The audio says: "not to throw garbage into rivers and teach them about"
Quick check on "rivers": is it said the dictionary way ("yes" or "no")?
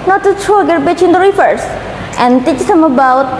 no